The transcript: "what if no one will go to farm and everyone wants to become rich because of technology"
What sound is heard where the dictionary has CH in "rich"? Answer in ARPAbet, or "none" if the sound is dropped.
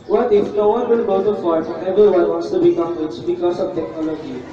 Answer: S